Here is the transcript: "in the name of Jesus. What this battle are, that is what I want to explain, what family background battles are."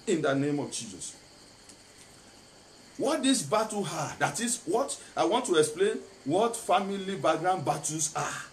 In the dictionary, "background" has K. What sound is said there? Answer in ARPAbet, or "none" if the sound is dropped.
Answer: none